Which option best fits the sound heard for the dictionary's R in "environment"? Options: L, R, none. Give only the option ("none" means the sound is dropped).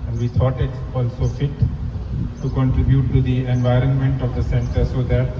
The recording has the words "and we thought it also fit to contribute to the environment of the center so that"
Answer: R